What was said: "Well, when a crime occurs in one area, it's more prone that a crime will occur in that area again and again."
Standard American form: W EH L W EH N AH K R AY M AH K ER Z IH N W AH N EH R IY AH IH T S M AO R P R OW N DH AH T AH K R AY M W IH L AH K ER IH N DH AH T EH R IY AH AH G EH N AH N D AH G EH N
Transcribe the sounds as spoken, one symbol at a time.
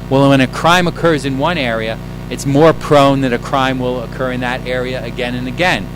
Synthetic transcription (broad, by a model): W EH L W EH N AH K R AY M AH K ER Z IH N W AH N EH R IY AH IH T S M AO R P R OW N DH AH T AH K R AY M W IH L AH K ER IH N DH AH T EH R IY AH AH G EH N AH N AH G EH N